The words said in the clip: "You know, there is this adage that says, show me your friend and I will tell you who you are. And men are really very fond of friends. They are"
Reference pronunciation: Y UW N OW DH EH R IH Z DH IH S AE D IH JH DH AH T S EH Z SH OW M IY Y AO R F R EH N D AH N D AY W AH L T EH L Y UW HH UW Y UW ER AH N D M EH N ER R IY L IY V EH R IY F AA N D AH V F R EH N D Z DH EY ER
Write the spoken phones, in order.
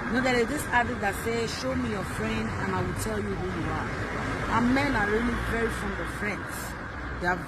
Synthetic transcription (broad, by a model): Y N OW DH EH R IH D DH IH S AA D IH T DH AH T S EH SH OW M IY Y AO F R EH N D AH N AY W AH L T EH L Y UW HH UW Y UW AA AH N M EH N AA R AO L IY P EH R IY F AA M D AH F R EH N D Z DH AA